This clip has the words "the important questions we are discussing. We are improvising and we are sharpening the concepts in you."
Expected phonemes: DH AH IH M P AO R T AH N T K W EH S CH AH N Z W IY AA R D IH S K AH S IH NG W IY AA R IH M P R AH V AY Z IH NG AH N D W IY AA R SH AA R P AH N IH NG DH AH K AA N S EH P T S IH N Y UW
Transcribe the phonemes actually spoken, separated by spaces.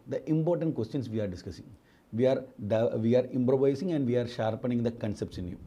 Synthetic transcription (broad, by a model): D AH IH M P AO R T AH N T K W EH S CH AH N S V IY AA R D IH S K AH S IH NG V IY AA R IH M P R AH V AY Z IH NG AH N D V IY AA R SH AA R P AH N IH NG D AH K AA N S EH P T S IH N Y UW